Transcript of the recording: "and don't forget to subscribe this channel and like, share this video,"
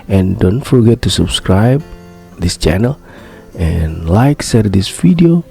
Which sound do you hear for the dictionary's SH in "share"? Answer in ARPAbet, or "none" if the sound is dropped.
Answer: S